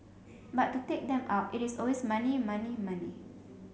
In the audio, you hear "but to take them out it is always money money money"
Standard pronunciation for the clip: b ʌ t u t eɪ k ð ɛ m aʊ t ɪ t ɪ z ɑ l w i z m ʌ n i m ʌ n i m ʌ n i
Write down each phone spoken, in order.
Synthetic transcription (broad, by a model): b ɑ t u t eɪ k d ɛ m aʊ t ɪ t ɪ s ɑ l w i s m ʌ n i m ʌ n i m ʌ n i